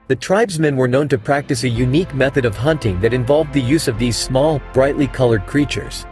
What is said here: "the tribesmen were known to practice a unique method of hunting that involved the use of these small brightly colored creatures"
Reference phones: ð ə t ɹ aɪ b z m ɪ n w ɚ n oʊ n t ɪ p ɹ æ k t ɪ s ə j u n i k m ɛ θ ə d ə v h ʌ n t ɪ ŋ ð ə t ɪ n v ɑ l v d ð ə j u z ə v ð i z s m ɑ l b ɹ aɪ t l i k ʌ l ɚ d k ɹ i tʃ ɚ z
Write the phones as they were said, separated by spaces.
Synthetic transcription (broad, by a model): ð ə t ɹ aɪ b z m ɪ n w ɚ n oʊ n t ɪ p ɹ æ k t ɪ s ə j u n i k m ɛ θ ə d ə v h ʌ n t ɪ ŋ ð ə t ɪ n v ɑ l v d ð ə j u z ə v ð i z s m ɑ l b ɹ aɪ t l i k ʌ l ɚ d k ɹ i tʃ ɚ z